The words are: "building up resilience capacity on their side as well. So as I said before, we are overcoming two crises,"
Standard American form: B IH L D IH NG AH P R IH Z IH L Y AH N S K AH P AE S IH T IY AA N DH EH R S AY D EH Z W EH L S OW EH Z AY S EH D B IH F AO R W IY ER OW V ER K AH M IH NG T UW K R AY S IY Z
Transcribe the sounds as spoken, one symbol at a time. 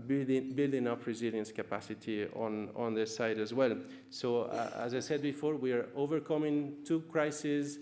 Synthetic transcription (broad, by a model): B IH L D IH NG AH P R IH Z IH L Y AH N S K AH P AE S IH T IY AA N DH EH S AY D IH Z W EH L S OW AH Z AY S EH D B IH F AO R W IY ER OW V ER K AH M IH NG T UW K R AY S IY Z